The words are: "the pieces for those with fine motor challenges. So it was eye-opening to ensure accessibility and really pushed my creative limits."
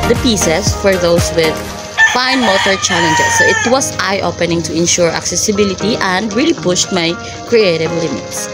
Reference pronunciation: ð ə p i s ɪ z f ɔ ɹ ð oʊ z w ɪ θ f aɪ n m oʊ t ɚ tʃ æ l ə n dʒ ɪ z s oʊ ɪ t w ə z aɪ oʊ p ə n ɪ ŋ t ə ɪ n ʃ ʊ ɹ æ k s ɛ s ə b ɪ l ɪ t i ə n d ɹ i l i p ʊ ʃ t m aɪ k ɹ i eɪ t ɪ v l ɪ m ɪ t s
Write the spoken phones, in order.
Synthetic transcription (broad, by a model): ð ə p i s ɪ s f ɔ ɹ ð oʊ s w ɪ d f aɪ n m oʊ t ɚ tʃ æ l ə n dʒ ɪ s oʊ ɪ t w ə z aɪ oʊ p ə n ɪ ŋ t ə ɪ n ʃ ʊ ɹ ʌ k s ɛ s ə b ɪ l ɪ t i ə n d ɹ i l i p ʊ ʃ t m aɪ k ɹ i eɪ t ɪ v l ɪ m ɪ t s